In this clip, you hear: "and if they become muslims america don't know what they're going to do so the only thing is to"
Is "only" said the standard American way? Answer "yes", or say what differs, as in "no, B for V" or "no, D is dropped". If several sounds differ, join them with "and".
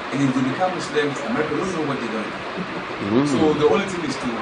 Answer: no, N is dropped